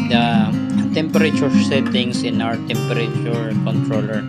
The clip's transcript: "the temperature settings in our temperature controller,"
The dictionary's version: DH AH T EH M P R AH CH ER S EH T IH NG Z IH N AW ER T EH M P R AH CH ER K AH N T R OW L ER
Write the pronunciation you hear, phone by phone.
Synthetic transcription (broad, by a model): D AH T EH M P R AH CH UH S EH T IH NG S IH N AW ER T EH M P R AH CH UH K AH N T R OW L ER